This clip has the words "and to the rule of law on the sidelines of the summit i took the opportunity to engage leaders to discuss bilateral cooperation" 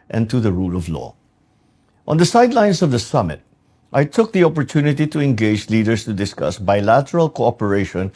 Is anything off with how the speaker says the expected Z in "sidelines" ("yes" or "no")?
yes